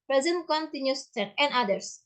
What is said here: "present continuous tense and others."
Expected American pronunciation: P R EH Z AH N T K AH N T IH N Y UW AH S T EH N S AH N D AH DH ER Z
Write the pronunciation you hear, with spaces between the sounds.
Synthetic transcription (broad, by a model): P R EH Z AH N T K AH N T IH N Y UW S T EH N AH N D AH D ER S